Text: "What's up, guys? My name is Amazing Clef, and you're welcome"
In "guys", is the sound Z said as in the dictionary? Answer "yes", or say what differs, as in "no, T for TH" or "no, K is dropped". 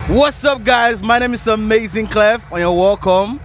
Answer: yes